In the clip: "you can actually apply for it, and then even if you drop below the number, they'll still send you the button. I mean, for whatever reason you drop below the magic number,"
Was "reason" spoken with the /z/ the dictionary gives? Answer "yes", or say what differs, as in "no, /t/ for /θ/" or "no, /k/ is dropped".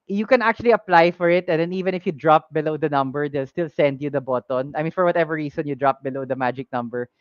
no, /s/ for /z/